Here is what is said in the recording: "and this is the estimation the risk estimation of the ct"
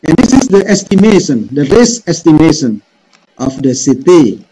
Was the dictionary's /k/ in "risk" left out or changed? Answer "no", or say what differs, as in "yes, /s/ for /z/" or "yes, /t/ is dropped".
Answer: yes, /k/ is dropped